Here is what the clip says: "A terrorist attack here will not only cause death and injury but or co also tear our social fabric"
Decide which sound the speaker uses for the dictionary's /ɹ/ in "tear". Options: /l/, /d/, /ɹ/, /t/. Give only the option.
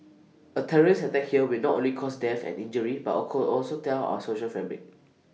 /l/